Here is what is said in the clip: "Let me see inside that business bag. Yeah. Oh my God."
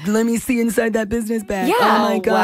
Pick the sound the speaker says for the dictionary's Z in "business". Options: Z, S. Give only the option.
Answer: Z